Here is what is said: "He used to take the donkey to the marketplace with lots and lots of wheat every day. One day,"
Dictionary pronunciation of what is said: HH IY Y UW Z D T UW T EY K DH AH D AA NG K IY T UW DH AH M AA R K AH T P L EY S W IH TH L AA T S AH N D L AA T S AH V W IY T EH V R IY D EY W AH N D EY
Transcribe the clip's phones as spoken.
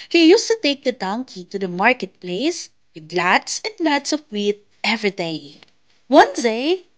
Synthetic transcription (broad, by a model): HH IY Y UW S T UW T EY K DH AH D AA NG K IY T UW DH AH M AA R K AH T P L EY S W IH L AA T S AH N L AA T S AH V W IY T EH V R IY D EY W AH N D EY